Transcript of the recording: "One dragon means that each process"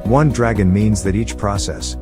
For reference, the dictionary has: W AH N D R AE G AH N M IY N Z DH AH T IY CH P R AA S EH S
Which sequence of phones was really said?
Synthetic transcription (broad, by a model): W AH N D R AE G AH N M IY N Z DH AH T IY CH P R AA S EH S